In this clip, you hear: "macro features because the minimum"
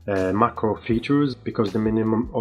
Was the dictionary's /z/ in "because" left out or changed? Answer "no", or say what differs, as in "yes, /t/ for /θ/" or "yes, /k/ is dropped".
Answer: no